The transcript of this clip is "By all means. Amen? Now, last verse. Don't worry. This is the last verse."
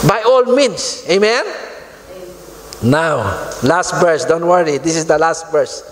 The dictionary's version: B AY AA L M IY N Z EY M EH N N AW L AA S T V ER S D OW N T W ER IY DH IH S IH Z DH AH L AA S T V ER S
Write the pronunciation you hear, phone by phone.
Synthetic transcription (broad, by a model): B AY AA L M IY N S EY M EH N N AW L AA S T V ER S D OW N T W ER IY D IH S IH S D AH L AA S T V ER S